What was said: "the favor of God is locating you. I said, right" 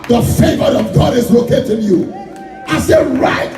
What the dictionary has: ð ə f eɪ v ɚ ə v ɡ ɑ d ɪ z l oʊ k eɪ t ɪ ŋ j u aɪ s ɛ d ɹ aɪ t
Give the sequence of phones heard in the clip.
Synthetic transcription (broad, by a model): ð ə f eɪ v ɚ ə v ɡ ɑ d ɪ z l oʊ k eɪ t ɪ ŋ j u aɪ s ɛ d ɹ aɪ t